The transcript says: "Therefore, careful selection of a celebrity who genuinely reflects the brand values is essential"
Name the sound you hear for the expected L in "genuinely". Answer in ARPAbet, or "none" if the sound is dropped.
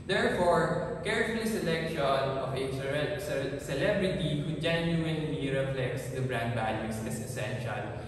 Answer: N